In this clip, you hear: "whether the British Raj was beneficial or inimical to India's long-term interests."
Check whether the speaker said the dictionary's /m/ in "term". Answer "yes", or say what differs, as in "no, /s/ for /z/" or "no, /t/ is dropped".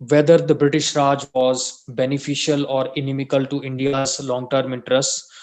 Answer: yes